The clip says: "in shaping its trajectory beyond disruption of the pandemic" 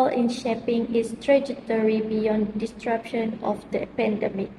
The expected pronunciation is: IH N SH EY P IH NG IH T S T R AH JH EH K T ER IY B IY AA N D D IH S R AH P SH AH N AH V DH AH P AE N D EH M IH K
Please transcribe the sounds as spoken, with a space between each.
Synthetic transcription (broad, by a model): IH N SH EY P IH NG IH S T R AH JH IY T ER IY B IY AA N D D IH S R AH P SH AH N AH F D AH P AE N D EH M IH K